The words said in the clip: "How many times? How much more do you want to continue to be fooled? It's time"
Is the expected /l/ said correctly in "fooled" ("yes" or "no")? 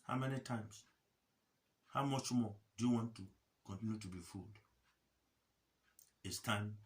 yes